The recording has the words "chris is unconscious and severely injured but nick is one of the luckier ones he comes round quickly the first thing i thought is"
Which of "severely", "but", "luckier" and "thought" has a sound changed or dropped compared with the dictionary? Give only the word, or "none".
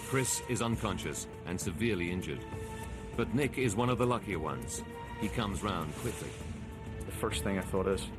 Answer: none